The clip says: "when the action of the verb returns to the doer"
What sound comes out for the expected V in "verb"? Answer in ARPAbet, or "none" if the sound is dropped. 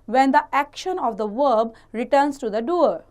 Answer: V